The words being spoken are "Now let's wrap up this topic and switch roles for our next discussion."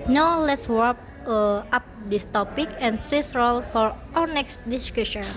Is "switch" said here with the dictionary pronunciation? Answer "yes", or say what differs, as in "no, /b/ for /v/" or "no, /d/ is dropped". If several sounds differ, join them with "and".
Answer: no, /s/ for /tʃ/